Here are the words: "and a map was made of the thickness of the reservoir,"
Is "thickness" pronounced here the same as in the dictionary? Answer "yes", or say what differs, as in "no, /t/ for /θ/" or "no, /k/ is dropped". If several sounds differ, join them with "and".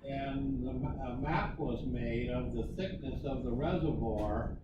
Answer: yes